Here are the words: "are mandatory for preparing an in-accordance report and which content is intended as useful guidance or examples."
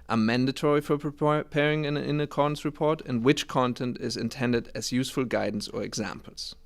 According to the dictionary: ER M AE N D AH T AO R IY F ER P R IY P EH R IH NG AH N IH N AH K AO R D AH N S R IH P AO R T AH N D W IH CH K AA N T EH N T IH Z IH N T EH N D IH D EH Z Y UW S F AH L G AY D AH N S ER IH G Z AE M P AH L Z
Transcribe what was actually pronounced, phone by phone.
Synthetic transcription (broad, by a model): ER M AE N D AH T AO R IY F ER P R IY P EH R IH NG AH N IH N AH K AO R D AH N S R IH P AO R T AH N W IH CH K AA N T EH N T IH Z IH N T EH N D IH D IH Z Y UW S F AH L G AY D N S ER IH G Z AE M P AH L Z